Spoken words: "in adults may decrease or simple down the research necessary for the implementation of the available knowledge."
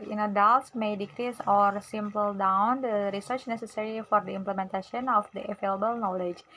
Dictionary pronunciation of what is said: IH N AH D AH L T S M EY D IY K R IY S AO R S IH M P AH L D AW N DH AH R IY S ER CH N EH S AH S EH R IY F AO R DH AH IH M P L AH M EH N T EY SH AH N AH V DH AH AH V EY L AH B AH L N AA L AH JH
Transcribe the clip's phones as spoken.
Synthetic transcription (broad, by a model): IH N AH D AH L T S M EY D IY K R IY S AO R S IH M P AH L D AW N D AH R IY S ER CH N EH S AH S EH R IY F AO R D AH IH M P L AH M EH N T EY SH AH N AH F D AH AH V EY L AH B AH L N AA L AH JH